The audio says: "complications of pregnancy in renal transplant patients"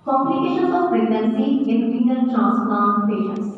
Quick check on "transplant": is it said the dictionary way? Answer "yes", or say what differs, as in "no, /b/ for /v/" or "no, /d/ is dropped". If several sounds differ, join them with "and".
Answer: no, /l/ is dropped